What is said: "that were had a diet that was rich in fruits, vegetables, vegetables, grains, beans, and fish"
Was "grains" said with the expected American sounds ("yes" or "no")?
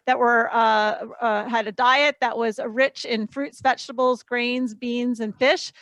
yes